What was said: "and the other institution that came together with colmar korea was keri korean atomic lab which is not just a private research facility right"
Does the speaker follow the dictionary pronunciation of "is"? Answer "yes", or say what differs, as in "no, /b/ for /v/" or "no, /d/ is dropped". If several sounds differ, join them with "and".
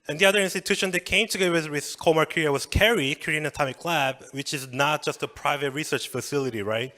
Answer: yes